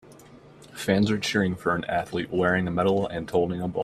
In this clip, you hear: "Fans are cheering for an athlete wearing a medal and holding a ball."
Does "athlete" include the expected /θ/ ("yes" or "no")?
yes